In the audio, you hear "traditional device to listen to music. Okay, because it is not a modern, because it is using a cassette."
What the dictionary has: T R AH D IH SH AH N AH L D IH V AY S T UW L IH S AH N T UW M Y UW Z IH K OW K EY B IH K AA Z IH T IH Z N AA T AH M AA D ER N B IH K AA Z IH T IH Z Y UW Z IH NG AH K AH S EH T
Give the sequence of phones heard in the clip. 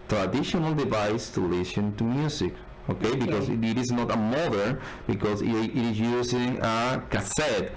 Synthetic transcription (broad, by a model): T R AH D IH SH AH N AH L D IH V AY S T UW L IH S AH N T UW M Y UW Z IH K OW K EY B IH K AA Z IH T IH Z N AA T AH M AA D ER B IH K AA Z IH T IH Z Y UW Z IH NG AH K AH S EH T